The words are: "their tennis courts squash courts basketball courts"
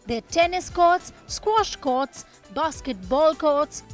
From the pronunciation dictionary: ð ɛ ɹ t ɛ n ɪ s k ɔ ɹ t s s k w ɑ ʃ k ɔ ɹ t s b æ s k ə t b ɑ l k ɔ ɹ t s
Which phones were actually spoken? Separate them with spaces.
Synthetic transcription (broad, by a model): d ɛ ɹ t ɛ n ɪ s k ɔ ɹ t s s k w ɑ ʃ k ɔ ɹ t s b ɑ s k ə t b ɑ l k ɔ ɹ t s